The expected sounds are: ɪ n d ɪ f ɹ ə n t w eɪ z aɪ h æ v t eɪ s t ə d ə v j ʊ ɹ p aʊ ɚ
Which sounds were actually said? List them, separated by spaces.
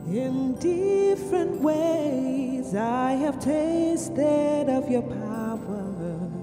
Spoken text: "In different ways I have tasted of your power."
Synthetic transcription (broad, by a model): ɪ n d ɪ f ɹ ə n t w eɪ z aɪ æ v t eɪ s t ə d ə v j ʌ ɹ p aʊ ɚ